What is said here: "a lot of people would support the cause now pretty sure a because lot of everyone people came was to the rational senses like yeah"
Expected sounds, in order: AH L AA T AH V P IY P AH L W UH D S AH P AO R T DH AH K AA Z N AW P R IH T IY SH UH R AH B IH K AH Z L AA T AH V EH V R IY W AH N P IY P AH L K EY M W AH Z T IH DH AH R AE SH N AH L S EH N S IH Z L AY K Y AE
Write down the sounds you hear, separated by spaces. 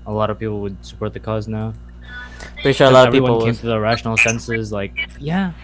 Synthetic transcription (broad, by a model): AH L AA T AH V P IY P L W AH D S AH P AO R T DH AH K AA Z N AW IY UH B AH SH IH AH L AA T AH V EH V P IY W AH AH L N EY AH T IH DH AH R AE SH N L S EH N S IH Z L AY K Y AE